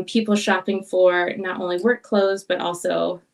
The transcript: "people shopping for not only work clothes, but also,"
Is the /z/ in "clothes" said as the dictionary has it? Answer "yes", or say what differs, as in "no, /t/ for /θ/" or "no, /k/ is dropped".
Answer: yes